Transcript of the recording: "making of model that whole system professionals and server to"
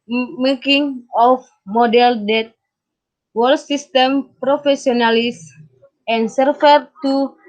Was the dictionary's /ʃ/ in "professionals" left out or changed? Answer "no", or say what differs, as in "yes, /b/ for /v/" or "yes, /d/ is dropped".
yes, /s/ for /ʃ/